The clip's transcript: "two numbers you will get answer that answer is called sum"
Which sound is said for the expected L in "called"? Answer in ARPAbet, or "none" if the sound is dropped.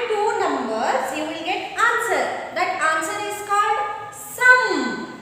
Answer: L